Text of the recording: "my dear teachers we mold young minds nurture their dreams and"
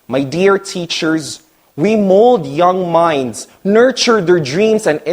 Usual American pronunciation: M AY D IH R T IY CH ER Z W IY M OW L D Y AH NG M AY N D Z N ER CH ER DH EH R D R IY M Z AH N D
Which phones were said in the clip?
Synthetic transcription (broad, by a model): M AY D IH R T IY CH ER Z W IY M OW L D Y AH NG M AY N D Z N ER CH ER DH EH R D R IY M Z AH N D